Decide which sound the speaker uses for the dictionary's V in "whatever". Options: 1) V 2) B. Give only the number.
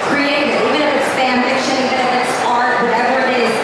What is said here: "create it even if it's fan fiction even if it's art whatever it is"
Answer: 1